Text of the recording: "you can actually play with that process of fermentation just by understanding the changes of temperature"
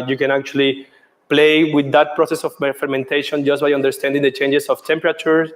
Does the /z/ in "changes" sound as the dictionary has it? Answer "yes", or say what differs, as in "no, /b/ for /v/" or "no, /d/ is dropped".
no, /s/ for /z/